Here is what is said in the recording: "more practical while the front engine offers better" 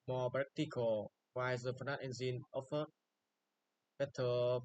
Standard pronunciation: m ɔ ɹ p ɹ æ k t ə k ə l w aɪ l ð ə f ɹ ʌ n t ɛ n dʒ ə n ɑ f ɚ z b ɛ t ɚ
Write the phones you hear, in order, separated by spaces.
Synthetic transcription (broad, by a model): m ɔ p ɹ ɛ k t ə k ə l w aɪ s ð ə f ʌ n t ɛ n z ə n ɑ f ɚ b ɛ t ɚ